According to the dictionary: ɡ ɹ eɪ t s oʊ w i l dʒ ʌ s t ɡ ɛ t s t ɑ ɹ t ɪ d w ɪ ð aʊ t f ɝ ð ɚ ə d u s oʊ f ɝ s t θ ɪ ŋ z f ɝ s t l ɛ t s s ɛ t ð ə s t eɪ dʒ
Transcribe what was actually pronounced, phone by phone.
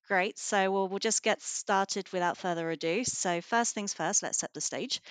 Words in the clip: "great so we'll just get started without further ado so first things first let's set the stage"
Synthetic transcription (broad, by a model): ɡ ɹ eɪ t s oʊ w i l dʒ ʌ s ɡ ɛ t s t ɑ t ɪ d w ɪ ð aʊ t f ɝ ð ɚ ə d u s oʊ f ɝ s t θ ɪ ŋ z f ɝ s t l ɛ t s s ɛ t ð ə s t eɪ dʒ